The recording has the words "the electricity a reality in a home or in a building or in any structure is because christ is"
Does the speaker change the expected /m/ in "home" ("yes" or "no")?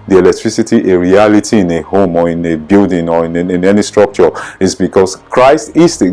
no